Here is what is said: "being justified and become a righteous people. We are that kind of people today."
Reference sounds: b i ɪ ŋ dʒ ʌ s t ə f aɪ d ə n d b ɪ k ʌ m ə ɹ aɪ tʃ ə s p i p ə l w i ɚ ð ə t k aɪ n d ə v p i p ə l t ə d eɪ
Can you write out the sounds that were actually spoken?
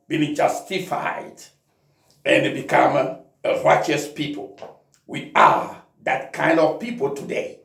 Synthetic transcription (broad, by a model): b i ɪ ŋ dʒ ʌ s t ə f aɪ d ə n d b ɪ k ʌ m ə ɹ aɪ tʃ ə s p i p ə l w i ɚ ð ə t k aɪ n d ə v p i p ə l t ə d eɪ